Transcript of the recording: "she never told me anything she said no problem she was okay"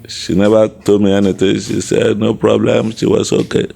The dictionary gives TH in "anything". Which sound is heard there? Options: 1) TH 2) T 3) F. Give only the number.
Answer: 2